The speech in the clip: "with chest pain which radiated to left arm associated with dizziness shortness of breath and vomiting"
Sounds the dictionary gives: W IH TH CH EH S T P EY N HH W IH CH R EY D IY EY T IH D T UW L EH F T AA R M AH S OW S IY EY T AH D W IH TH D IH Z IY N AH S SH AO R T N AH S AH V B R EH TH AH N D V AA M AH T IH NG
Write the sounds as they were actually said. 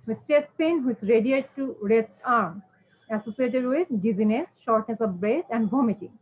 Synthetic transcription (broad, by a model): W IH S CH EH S P EY N HH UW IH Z R EY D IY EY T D T UW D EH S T AA R M AH S OW S IY EY T AH D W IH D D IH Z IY N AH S SH AO R T N AH S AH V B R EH S AH N D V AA M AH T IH